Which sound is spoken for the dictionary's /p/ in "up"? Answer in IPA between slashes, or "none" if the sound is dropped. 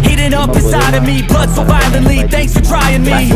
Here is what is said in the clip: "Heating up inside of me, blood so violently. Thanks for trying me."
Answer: /b/